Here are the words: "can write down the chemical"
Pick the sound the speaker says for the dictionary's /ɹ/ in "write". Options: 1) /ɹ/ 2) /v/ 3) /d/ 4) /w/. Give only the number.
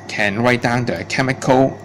4